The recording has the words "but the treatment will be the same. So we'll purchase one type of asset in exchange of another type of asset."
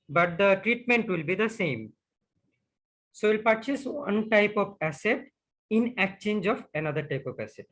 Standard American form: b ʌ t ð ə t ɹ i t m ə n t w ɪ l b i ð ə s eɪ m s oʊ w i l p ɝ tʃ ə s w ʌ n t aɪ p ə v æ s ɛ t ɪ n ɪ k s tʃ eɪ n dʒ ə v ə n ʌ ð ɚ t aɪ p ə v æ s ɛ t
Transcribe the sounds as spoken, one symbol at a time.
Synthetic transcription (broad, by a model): b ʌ t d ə t ɹ i t m ə n t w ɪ l b i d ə s eɪ m s oʊ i l p ɝ tʃ ə s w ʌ n t aɪ p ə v æ s ɛ t ɪ n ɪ k tʃ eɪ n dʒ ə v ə n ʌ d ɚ t aɪ p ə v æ s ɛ t